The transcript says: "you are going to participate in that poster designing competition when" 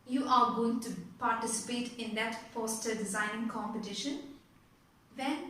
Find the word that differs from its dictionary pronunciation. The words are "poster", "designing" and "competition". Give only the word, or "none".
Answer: poster